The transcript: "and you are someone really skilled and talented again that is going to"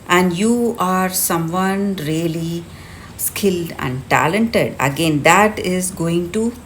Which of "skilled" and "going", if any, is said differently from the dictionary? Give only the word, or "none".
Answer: none